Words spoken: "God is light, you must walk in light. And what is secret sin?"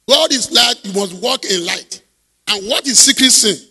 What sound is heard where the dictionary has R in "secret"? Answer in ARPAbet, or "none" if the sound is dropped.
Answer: R